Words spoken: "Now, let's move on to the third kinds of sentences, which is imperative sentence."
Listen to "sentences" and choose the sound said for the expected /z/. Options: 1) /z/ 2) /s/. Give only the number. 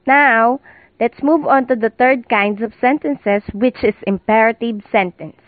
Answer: 2